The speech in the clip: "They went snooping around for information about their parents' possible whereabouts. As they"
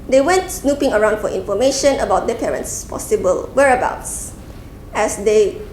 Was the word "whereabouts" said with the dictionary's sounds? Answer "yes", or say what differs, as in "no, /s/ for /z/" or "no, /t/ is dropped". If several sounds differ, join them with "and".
yes